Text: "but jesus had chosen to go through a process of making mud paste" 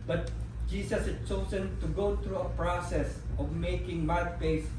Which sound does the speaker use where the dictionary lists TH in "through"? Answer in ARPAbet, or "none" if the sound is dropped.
T